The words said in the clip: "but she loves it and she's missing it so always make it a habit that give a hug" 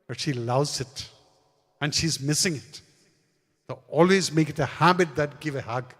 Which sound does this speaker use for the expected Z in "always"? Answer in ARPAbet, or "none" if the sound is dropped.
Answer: Z